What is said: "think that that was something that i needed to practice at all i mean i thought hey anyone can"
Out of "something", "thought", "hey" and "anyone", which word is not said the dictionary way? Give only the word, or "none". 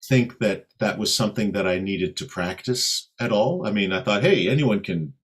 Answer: none